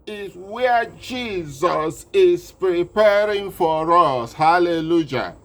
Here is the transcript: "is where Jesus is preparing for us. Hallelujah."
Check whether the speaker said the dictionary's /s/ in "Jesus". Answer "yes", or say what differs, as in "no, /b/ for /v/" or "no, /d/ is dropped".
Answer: yes